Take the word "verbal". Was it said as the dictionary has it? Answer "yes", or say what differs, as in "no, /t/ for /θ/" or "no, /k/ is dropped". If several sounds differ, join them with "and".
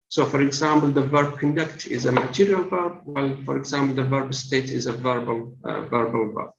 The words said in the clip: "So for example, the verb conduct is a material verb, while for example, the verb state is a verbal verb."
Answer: yes